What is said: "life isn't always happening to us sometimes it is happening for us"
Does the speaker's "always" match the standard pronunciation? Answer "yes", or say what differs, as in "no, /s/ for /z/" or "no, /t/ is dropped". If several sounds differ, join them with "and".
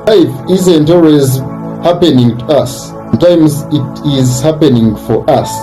yes